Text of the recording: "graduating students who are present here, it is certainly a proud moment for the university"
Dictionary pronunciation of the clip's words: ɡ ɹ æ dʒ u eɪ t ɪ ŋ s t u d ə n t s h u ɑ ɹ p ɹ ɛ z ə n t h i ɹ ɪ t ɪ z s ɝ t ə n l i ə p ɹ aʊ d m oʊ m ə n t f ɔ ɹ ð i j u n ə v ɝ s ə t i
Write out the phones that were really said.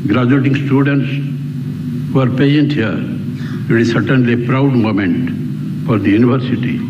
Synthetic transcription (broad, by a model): ɡ ɹ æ dʒ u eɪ t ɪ ŋ s t u d ə n t s h u ɑ ɹ p ɛ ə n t h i ɹ ɪ t ɪ z s ɝ t ə n l i ə p ɹ aʊ d m oʊ m ə n t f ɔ ɹ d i j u n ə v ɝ s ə t i